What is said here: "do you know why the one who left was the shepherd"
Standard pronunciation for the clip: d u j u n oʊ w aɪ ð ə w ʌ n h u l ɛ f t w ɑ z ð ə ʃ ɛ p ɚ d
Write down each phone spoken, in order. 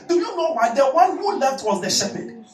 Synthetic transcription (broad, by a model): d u j u n oʊ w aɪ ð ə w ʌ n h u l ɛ t w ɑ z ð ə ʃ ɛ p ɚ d